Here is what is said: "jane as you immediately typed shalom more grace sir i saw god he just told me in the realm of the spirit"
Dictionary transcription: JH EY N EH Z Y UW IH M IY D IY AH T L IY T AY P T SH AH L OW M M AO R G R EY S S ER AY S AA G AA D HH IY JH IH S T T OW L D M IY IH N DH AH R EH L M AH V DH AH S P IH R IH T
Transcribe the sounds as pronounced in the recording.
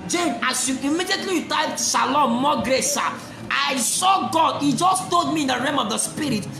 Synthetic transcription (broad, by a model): JH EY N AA S Y UW IH M IY D IY AH T L IY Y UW T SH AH L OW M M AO G R EY S S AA AY S AA G AA D HH IY JH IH S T T OW L D M IY IH N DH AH R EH M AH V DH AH S P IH R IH T